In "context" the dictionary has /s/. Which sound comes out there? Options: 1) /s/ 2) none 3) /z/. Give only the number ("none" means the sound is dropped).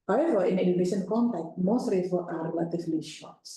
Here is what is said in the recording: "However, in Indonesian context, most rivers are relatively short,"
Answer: 2